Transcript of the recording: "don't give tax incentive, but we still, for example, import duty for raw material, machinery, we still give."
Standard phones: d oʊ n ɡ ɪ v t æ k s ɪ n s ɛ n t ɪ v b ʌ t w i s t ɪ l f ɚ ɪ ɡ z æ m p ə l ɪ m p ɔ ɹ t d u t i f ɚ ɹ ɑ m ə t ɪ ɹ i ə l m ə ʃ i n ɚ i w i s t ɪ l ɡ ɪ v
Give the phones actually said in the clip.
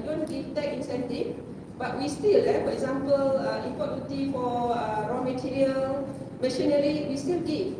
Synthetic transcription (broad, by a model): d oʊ n ɡ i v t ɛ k ɪ n s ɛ n t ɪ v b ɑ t w i s t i l f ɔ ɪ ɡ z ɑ m p ə l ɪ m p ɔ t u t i f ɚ ɹ ɑ m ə t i ɹ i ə l m ə ʃ i n ɚ i w i s t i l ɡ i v